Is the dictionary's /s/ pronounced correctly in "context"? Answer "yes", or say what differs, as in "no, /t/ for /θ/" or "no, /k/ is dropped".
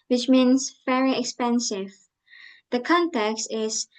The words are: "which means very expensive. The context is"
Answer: yes